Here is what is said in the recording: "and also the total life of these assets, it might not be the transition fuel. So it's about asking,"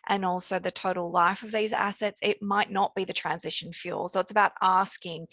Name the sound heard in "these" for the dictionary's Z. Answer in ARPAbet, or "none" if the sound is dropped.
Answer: Z